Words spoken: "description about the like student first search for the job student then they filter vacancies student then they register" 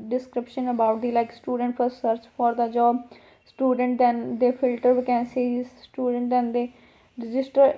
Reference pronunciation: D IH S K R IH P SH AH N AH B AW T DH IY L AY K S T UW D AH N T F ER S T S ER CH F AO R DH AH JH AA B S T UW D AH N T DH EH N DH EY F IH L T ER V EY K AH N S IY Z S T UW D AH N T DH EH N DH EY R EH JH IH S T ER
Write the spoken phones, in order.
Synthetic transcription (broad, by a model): D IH S K R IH P SH AH N AH B AW T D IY L AY K S T UW D AH N T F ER T S ER CH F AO R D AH JH AA B S T UW D AH N T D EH N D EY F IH L T ER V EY K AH N S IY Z S T UW D AH N T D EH N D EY R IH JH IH S T ER